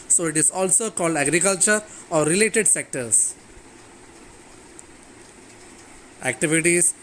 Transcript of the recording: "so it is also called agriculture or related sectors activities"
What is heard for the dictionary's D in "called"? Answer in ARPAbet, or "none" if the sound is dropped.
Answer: D